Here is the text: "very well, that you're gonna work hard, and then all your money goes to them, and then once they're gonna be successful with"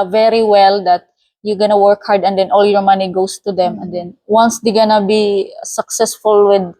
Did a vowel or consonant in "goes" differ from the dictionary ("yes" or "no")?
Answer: yes